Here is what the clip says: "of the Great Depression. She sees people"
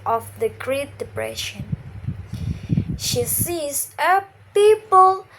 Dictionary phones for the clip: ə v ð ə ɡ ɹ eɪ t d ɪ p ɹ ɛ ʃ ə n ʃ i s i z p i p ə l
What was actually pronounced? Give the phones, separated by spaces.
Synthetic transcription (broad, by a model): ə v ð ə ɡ ɹ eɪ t d ɪ p ɹ ɛ ʃ ə n ʃ i s i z p i p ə l